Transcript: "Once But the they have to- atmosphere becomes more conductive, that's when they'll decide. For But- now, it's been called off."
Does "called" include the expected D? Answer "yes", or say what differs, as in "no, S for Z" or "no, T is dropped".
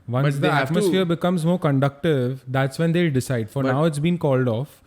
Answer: yes